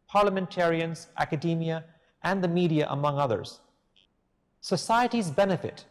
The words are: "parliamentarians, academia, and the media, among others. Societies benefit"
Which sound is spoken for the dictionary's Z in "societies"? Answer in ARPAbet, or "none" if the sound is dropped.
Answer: Z